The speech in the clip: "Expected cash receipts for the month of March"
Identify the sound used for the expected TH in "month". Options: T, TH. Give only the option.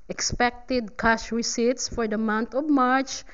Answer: T